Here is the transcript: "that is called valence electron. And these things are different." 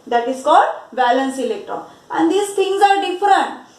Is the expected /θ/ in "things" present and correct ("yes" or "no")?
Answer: no